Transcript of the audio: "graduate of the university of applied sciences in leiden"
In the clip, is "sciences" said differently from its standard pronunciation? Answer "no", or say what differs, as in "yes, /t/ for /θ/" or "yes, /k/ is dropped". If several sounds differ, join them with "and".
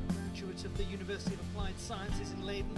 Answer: no